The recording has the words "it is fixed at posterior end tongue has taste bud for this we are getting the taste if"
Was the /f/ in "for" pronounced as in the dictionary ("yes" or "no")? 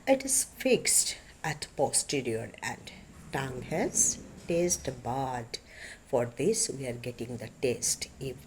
yes